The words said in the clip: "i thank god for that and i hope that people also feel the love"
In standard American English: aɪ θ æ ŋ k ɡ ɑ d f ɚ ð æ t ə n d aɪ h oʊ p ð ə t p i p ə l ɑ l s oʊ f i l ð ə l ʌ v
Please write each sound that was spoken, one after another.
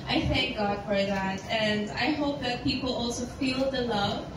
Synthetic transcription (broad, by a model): aɪ θ æ ŋ k ɡ ɑ d f ɚ ð æ t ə n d aɪ h oʊ p ð ə t p i p l ɑ l s oʊ f i l ð ə l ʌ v